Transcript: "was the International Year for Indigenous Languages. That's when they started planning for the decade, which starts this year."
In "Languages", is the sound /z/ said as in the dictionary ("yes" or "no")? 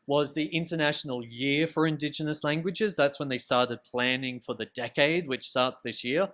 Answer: yes